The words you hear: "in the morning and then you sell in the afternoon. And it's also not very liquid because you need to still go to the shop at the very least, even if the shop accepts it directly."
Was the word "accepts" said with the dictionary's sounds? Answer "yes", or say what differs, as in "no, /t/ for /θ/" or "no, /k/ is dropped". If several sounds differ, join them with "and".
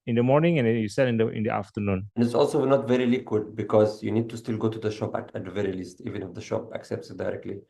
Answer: yes